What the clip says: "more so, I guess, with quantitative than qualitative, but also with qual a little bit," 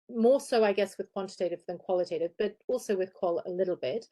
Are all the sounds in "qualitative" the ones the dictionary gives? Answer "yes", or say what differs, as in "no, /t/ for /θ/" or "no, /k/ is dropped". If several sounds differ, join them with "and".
yes